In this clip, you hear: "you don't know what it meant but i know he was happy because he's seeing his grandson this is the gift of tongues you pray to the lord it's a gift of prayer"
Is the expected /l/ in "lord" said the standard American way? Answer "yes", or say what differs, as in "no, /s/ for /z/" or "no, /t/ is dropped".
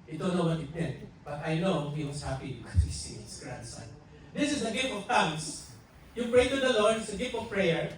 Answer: yes